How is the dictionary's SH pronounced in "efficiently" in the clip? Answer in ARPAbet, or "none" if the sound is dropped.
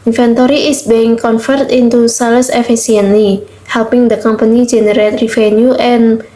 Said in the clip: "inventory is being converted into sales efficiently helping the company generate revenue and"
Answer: S